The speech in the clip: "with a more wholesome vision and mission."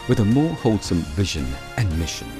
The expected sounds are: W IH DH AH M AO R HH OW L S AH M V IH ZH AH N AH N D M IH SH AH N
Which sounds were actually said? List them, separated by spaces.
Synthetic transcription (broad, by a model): W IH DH AH M AO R HH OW L S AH M V IH ZH AH N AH N M IH SH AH N